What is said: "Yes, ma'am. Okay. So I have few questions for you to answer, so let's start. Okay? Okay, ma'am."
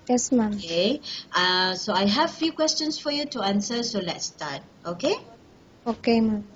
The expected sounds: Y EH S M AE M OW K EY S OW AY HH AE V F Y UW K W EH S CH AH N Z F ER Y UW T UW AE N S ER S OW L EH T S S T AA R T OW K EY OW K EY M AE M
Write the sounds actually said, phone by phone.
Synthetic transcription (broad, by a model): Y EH S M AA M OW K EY S OW AY HH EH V F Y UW K W EH S CH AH N S F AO Y UW T UW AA N S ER S OW L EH T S S T AA T OW K EY OW K EY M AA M